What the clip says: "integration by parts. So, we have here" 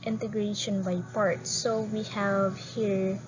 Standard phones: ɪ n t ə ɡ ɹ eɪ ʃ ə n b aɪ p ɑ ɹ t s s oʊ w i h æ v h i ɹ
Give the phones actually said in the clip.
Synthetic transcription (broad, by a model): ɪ n t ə ɡ ɹ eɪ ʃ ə n b aɪ p ɑ ɹ t s s oʊ w i h æ v h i ɹ